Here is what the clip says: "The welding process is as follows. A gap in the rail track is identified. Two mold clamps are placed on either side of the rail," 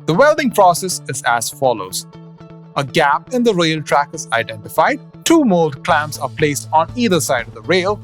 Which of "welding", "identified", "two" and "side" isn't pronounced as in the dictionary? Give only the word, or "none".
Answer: none